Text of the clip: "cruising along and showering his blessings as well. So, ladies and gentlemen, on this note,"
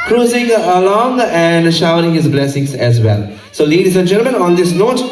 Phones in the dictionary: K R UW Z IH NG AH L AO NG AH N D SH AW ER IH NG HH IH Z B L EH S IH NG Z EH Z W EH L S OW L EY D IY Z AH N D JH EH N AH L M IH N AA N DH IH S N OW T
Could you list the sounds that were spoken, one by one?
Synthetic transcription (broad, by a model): K R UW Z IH NG AH L AO NG AH N D SH AW ER IH NG HH IH Z B L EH S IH NG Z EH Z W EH L S OW L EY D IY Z AH N D JH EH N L M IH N AA N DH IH S N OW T